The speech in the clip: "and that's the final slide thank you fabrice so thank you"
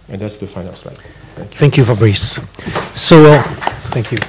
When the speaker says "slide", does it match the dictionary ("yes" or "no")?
no